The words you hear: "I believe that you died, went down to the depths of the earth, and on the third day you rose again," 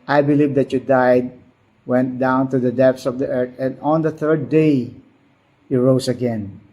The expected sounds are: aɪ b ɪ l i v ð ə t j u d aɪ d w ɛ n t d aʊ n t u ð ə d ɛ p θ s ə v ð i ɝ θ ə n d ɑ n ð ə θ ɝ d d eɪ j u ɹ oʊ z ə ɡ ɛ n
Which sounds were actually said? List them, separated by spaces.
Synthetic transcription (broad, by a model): aɪ b ɪ l i v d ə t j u d aɪ d w ɛ n t d aʊ n t u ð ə d ɛ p s ə v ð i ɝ t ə n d ɑ n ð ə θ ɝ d d eɪ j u ɹ oʊ s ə ɡ ɛ n